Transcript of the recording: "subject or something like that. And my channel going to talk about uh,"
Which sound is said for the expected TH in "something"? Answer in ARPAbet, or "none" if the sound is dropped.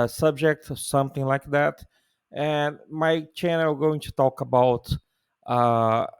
TH